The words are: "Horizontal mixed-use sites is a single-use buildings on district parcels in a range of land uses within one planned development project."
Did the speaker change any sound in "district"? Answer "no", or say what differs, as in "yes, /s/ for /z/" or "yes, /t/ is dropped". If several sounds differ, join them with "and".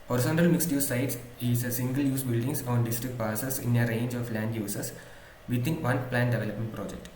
no